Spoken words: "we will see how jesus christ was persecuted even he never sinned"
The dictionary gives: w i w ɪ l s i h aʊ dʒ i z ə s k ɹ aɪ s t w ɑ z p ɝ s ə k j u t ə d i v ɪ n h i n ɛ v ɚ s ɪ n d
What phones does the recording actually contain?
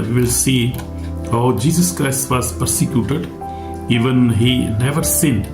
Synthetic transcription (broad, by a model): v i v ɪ l s i h aʊ dʒ i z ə s k ɹ aɪ s t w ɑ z p ɝ s ə k j u t ə d i v ɪ n h i n ɛ v ɚ s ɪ n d